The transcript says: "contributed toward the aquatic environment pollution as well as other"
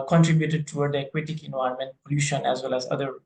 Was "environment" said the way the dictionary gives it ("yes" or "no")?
no